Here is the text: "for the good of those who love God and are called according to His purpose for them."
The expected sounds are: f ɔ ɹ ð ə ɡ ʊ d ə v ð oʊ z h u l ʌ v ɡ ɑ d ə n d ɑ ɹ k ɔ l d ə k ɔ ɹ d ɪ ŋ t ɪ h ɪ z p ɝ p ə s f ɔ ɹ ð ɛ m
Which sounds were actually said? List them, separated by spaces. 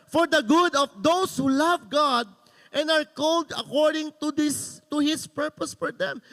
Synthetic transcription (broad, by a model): f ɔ ɹ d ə ɡ ʊ d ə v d oʊ s h u l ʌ v ɡ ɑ d ə n d ɑ ɹ k ɔ l d ə k ɔ ɹ d ɪ ŋ t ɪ h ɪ s p ɝ p ə s f ɔ ɹ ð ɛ m